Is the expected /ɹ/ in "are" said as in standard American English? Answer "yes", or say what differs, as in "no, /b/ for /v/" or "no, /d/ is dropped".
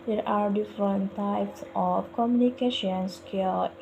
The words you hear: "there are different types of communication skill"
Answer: yes